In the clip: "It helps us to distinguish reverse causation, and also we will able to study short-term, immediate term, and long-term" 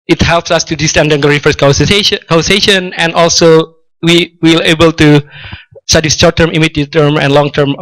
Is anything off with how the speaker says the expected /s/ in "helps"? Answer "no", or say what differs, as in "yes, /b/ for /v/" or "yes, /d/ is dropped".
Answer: no